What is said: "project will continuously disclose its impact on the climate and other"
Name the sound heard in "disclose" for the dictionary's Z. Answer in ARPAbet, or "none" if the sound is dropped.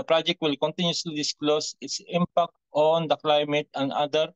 S